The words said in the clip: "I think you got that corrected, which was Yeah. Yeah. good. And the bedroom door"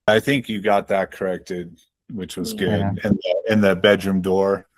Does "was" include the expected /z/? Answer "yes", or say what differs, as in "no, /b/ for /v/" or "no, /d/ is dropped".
yes